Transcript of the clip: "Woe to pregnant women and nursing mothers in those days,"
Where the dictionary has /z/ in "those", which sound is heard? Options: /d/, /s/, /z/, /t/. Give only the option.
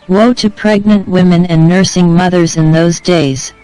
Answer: /z/